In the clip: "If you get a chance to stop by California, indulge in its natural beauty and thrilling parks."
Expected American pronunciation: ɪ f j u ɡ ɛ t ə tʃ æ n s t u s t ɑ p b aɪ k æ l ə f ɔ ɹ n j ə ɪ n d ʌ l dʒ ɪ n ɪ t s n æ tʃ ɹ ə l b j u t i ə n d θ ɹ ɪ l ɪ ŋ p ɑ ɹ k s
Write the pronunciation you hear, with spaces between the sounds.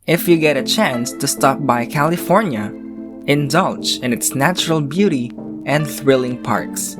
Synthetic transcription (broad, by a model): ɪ f j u ɡ ɛ t ə tʃ æ n s t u s t ɑ p b aɪ k æ l ə f ɔ ɹ n j ə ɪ n d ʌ l tʃ ɪ n ɪ t s n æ tʃ ɹ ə l b j u t i ə n d θ ɹ ɪ l ɪ ŋ p ɑ ɹ k s